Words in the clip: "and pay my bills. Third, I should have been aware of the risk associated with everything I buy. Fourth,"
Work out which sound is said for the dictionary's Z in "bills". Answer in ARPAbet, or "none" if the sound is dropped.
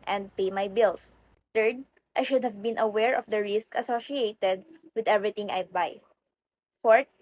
S